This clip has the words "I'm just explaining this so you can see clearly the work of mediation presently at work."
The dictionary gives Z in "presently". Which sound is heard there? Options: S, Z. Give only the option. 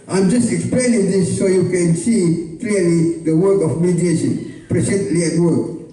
S